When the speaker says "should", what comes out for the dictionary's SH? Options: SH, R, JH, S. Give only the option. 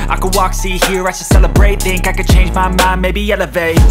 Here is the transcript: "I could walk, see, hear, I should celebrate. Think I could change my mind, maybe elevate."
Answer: S